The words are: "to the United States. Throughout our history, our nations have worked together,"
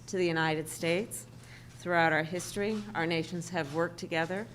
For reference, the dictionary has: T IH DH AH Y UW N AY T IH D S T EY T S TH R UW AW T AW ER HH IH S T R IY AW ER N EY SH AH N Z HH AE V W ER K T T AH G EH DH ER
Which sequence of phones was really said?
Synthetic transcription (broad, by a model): T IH DH AH Y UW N AY T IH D S T EY T S TH R UW AW T AW ER HH IH S T R IY AW ER N EY SH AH N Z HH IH V W ER K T T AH G EH DH ER